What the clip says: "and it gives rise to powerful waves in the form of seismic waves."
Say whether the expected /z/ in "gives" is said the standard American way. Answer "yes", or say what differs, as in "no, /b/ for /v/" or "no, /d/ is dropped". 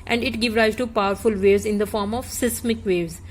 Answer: no, /z/ is dropped